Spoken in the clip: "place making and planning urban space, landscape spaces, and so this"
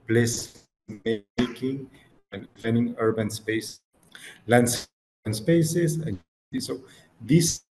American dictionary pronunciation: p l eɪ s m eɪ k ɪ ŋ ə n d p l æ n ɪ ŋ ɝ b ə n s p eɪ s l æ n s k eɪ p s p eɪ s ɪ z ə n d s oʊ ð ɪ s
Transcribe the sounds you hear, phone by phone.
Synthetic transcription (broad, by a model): p l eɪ s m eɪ k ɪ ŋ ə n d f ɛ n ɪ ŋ ɝ b ə n s p eɪ s l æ n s eɪ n s p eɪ s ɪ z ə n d s oʊ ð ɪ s